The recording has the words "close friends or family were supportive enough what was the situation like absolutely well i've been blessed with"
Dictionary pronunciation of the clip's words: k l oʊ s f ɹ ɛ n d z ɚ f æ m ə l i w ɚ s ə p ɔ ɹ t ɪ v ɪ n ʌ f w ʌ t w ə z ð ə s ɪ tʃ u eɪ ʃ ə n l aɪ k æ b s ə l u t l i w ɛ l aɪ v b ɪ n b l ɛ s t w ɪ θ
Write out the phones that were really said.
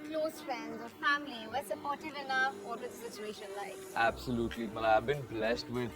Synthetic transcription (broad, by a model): k l oʊ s f ɹ ɛ n d z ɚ f æ m ə l i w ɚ s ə p ɔ ɹ t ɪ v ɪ n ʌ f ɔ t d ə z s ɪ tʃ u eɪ ʃ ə n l aɪ æ b s ə l u t l i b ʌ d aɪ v b ɪ n b l ɛ s t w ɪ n